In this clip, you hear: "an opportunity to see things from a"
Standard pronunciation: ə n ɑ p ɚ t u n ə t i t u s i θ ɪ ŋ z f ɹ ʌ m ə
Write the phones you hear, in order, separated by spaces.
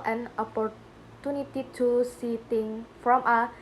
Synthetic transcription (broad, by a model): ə n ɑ p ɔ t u n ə t i t u s i t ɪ ŋ f ɹ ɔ m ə